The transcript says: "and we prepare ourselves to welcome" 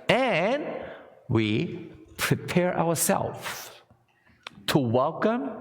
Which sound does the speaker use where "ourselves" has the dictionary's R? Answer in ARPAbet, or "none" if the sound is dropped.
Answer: W